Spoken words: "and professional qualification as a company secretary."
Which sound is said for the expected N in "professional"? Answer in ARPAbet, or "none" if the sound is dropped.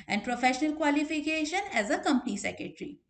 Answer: N